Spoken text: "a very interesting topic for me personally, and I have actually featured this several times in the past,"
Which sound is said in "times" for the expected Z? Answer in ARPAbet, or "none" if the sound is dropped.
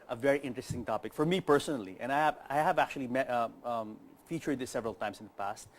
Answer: S